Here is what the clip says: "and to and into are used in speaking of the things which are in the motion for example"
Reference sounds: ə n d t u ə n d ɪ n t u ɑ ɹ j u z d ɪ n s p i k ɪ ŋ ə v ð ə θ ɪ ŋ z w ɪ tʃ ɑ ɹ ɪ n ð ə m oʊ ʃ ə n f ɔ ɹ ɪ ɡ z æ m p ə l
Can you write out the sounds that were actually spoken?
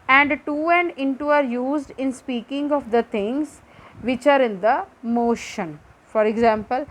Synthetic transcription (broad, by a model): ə n d t u ə n d ɪ n t u ɑ ɹ j u z d ɪ n s p i k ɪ ŋ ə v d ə t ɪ ŋ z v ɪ tʃ ɑ ɹ ɪ n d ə m oʊ ʃ ə n f ɔ ɹ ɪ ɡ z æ m p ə l